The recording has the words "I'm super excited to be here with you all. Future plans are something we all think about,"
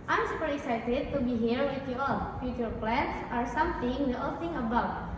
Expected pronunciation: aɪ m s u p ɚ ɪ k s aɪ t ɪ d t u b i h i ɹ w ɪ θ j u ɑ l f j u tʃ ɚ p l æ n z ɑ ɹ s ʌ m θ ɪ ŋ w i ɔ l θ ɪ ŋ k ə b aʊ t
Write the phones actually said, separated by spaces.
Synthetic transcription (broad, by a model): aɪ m s u p ɚ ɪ k s aɪ t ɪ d t u b i h i ɹ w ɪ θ j u ɑ l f j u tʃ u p l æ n s ɑ ɹ s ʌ m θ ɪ ŋ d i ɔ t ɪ ŋ ə b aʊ t